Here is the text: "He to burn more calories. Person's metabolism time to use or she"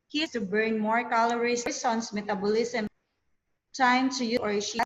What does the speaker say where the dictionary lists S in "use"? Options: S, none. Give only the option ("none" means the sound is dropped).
none